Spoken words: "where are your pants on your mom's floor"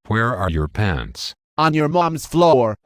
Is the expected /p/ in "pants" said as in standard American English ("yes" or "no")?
yes